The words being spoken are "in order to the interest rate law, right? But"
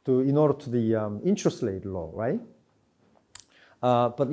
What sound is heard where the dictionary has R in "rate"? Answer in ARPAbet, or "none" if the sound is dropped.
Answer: L